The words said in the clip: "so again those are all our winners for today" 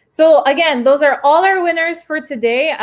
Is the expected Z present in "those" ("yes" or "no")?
yes